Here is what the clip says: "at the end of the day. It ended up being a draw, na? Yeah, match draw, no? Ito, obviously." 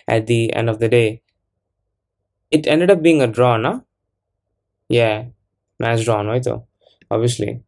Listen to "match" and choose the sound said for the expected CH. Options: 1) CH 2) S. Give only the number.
2